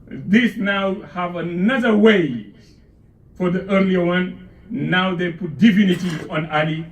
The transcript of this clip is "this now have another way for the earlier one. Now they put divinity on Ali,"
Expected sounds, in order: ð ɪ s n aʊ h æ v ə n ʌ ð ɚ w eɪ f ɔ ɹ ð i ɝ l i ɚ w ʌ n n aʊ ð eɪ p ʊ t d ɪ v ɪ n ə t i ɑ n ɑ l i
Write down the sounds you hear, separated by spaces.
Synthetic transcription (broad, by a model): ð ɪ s n aʊ h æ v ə n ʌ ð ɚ w eɪ f ɔ ɹ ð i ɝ l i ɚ w ʌ n n aʊ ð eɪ p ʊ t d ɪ f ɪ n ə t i ɑ n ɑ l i